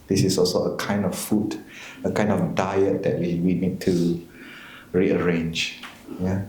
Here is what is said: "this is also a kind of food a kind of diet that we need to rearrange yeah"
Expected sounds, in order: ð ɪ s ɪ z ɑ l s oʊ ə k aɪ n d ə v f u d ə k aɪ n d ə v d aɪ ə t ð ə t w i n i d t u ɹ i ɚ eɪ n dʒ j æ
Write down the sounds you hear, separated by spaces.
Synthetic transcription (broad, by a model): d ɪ s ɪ s ɑ l s oʊ ə k aɪ n d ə f f u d ə k aɪ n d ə f d aɪ ə t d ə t w i n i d t u ɹ i ɚ eɪ n dʒ j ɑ